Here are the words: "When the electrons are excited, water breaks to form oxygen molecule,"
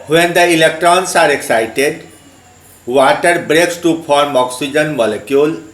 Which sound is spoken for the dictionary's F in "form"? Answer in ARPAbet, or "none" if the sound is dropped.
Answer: P